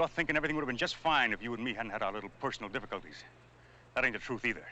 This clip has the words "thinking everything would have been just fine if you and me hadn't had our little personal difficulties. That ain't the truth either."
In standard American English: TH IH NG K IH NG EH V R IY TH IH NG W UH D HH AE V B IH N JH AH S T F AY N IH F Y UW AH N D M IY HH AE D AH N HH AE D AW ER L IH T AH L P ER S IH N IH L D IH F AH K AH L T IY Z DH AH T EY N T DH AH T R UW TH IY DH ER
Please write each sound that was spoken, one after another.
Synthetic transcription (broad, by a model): TH IH NG K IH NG EH V R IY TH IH NG W UH D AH V B IH N JH AH S T F AY N IH F Y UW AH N M IY HH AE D N HH AE D AW ER L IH T L P ER S N L D IH F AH K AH L T IY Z DH AH T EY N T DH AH T R UW TH IY DH ER